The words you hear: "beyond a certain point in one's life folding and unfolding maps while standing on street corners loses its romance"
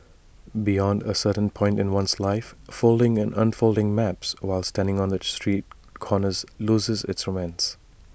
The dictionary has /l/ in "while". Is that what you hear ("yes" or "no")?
yes